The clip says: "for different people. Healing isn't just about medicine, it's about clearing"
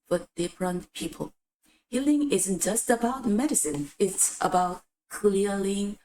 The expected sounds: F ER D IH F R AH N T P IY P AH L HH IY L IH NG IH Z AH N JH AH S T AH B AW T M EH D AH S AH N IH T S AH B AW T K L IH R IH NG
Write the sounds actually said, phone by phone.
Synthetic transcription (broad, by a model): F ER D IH P R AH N P IY P AH L HH IY L IH NG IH Z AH N JH AH S T AH B AW T M EH D AH S AH N IH T S AH B AW T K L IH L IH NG